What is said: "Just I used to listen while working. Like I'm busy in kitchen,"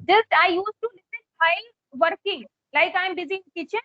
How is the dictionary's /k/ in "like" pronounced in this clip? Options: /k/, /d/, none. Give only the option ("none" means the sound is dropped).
/k/